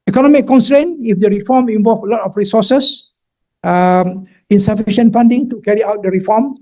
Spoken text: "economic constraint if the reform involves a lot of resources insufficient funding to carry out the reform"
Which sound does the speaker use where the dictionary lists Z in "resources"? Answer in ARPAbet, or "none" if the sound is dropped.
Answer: none